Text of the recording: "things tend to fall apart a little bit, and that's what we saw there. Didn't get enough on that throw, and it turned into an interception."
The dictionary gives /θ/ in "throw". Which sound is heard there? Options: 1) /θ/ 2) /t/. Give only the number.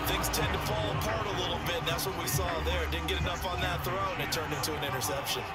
1